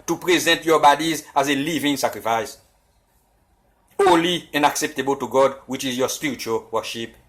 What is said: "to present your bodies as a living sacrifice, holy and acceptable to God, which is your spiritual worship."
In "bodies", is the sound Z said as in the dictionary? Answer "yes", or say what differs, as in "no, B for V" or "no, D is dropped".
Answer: yes